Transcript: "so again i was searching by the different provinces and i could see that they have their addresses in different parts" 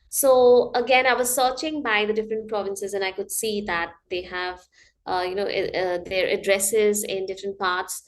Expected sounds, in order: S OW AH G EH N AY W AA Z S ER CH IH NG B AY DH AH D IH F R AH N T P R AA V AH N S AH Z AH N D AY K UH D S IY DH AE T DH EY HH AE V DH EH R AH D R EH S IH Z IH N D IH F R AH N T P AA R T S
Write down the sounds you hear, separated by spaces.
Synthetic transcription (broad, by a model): S OW AH G EH N AY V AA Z S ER CH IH NG B AY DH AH D IH F R AH N T P R AA V AH N S AH Z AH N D AY K UH D S IY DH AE T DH EY HH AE V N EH R AH D R EH S IH Z IH N D IH F R AH N T P AA R T S